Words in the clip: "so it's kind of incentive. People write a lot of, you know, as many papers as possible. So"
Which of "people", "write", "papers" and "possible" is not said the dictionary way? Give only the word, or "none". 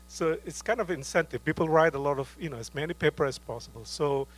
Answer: papers